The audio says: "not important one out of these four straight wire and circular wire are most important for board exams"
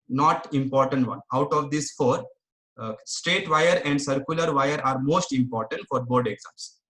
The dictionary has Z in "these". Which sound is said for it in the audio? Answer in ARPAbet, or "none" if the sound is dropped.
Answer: S